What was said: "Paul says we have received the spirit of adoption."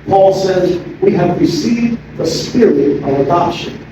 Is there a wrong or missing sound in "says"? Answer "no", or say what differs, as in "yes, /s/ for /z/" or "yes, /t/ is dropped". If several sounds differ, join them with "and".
no